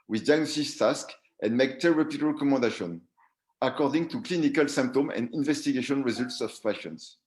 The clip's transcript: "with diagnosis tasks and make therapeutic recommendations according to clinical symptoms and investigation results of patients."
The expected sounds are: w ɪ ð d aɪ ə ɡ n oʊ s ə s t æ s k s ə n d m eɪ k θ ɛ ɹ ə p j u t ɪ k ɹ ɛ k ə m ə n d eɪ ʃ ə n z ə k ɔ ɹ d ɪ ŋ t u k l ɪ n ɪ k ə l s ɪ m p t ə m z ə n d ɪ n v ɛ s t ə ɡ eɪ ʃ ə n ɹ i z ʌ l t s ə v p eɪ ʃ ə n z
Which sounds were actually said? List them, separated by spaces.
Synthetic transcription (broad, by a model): w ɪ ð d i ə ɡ n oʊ s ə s t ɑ s k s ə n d m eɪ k t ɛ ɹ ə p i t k ɹ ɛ k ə m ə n d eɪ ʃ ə n ə k ɔ ɹ d ɪ ŋ t u k l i n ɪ k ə l s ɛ m p t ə m ə n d ɪ n v ɛ s t ə ɡ eɪ ʃ ə n ɹ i z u l t s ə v p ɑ ʃ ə n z